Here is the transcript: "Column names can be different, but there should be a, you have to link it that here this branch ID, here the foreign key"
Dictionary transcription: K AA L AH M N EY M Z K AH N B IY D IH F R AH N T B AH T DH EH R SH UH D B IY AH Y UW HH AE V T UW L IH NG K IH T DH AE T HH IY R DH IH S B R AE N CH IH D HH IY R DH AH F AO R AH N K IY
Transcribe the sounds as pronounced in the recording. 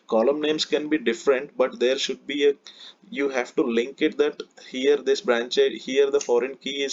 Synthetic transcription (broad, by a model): K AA L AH M N EY M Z K AH N B IY D IH F R AH N T B AH T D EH R SH UH D B IY AH Y UW HH AE V T UW L IH NG K IH T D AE T HH IY R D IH S B R AE N CH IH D HH IY R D AH F AO R AH N K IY